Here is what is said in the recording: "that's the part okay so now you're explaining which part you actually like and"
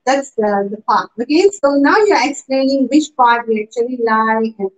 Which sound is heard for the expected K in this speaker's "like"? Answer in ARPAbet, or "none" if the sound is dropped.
none